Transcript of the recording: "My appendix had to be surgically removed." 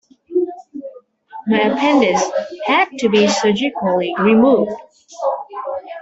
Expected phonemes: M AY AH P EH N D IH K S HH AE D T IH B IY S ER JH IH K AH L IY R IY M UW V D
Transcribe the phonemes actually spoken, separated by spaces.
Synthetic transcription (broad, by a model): M AY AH P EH N D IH S HH AE D T IH B IY S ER JH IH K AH L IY R IY M UW V D